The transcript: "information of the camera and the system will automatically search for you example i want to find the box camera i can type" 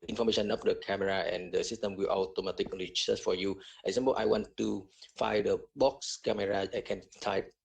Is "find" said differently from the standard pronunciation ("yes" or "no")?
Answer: yes